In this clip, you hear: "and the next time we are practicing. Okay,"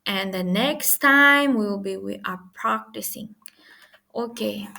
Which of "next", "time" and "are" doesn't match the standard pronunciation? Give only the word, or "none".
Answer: are